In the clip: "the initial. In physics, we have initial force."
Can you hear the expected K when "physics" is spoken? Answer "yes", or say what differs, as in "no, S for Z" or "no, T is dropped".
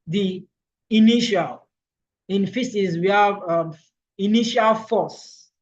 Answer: no, K is dropped